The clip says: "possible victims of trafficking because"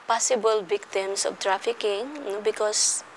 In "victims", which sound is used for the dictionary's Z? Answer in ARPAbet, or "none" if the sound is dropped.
S